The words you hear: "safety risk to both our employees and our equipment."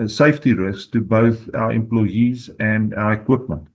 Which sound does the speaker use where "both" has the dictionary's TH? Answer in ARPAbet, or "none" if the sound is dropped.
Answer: TH